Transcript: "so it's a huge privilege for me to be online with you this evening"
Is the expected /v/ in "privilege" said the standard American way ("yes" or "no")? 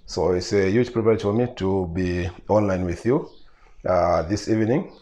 no